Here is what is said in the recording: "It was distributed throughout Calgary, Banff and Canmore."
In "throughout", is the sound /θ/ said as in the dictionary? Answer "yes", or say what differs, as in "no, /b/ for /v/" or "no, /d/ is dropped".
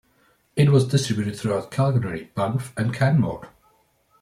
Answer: yes